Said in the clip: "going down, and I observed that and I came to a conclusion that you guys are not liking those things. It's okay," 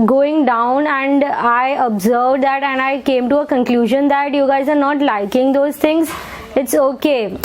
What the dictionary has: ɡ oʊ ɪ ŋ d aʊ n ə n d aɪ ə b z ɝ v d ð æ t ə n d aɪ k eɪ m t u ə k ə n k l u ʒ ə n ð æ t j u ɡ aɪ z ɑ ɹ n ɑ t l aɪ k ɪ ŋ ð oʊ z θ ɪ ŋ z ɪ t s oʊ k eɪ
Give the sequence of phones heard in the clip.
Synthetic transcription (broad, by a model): ɡ oʊ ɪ ŋ d aʊ n ə n d aɪ ə b z ɝ v d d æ t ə n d aɪ k eɪ m t u ə k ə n k l u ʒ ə n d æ t j u ɡ aɪ z ɑ ɹ n ɑ t l aɪ k ɪ ŋ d oʊ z t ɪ ŋ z ɪ t s oʊ k eɪ